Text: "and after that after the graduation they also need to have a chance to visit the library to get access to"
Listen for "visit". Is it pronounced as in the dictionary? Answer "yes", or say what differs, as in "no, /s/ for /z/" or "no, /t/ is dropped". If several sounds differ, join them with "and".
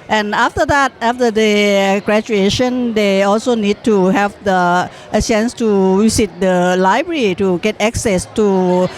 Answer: no, /w/ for /v/